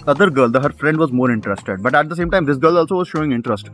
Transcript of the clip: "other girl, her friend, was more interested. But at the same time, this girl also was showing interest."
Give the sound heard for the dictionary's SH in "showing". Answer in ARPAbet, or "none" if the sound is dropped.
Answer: SH